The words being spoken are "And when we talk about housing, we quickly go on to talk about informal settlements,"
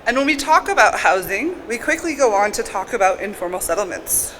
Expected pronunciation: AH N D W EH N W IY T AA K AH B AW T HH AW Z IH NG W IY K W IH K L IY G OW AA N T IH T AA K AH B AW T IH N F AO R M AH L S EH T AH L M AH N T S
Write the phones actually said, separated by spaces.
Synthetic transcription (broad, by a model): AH N W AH N W IY T AA K AH B AW T HH AW Z IH NG W IY K W IH K L IY G OW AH N T IH T AA K AH B AW T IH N F AO R M L S EH T L M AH N T S